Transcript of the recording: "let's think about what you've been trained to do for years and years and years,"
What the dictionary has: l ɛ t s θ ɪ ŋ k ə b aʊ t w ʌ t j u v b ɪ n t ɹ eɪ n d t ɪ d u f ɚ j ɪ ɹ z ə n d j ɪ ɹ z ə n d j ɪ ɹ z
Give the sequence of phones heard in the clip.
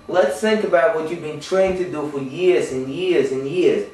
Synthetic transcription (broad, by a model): l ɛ t s θ ɪ ŋ k ə b aʊ t w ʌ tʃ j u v b ɪ n t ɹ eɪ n t ɪ d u f ɚ j ɪ ɹ z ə n j ɪ ɹ z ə n j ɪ ɹ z